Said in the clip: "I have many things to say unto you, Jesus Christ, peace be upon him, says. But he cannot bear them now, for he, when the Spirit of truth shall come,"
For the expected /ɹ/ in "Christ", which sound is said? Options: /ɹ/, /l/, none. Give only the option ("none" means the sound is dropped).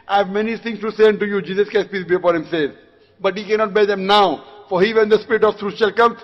none